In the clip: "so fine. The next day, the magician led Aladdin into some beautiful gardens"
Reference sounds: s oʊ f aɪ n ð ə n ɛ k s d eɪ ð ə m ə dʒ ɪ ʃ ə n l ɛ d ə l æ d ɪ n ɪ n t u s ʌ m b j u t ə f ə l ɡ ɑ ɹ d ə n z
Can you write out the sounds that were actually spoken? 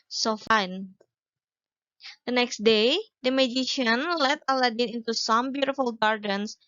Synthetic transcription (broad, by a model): s oʊ f aɪ n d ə n ɛ k s d eɪ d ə m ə dʒ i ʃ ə n l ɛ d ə l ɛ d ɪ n ɪ n t u s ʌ m b j u t ə f ə l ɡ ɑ ɹ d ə n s